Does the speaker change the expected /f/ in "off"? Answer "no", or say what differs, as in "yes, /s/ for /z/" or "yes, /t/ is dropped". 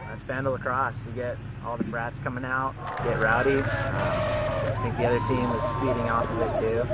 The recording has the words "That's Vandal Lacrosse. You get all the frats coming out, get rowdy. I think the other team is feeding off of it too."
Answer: no